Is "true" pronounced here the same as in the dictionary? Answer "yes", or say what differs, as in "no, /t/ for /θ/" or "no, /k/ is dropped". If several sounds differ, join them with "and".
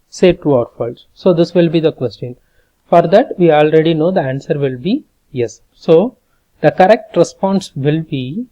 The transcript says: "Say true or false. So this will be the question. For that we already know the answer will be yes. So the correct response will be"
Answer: no, /ɹ/ is dropped